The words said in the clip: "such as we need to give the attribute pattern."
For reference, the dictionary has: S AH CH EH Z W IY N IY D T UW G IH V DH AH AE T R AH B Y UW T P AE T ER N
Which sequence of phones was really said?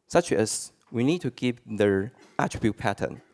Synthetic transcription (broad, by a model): S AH CH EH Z W IY N IY D T UW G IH P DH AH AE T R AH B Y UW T P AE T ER N